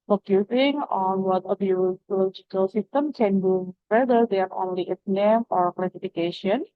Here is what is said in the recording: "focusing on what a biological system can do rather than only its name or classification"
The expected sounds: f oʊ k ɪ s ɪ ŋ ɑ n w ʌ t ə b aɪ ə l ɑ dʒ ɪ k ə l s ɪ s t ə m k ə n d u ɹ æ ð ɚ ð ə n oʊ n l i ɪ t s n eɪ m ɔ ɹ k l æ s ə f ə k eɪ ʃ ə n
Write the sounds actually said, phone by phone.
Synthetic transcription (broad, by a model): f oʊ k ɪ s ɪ ŋ ɑ n w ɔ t ə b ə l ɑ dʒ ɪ k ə l s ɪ s t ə m k ə n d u w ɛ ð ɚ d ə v oʊ n l i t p n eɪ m ɔ ɹ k l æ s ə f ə k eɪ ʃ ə n